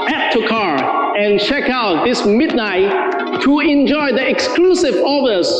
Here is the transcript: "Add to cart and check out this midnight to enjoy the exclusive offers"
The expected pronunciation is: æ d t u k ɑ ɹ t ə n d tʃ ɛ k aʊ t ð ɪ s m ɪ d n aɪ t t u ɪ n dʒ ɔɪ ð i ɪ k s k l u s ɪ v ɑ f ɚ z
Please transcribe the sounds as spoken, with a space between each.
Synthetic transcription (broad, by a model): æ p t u k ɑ ɹ ə n tʃ ɛ k aʊ t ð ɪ s m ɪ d n aɪ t t u ɪ n dʒ ɔɪ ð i ɪ k s k l u s ɪ v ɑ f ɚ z